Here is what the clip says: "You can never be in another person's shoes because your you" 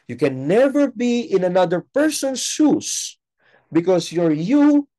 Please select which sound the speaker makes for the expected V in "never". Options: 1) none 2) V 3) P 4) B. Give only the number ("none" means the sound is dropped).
2